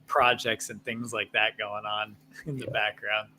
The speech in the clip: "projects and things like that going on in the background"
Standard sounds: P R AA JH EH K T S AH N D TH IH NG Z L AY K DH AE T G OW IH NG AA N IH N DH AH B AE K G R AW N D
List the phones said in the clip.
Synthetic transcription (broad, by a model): P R AA JH EH K T S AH N TH IH NG Z L AY K DH AE T G OW IH NG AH N IH N DH AH B AE K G R AW N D